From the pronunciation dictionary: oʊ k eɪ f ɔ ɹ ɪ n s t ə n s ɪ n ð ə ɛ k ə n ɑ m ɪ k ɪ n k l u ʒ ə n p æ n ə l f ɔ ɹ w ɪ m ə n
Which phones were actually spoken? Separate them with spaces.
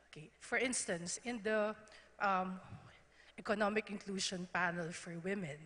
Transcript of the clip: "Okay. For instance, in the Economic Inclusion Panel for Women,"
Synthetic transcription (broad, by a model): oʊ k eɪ f ɔ ɹ ɪ n s t ə n s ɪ n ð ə ɛ k ə n ɑ m ɪ k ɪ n k l u ʃ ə n p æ n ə l f ɔ ɹ w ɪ m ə n